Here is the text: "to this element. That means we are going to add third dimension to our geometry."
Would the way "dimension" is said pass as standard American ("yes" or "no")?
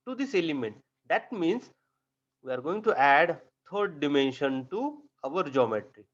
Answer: yes